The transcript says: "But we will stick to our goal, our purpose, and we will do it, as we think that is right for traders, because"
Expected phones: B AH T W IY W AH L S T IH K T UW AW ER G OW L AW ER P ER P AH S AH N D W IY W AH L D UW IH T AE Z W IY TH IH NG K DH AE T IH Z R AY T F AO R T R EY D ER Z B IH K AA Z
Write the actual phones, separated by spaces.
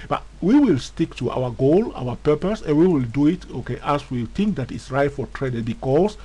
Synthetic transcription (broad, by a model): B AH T W IY W AH L S T IH K T UW AW ER G OW L AW ER P ER P AH S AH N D W IY W AH L D UW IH T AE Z W IY TH IH NG K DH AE T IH S R AY T F AO R T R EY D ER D B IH K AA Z